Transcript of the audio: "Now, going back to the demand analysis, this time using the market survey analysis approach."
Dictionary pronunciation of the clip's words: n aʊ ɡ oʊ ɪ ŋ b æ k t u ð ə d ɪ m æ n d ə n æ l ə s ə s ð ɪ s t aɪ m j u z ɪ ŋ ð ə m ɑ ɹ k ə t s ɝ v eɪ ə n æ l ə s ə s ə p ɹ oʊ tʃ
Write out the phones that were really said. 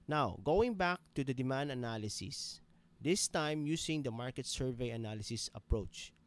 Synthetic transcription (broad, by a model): n aʊ ɡ oʊ ɪ ŋ b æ k t u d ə d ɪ m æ n d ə n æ l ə s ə s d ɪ s t aɪ m j u s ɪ ŋ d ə m ɑ ɹ k ə t s ɝ v eɪ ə n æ l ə s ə s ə p ɹ oʊ tʃ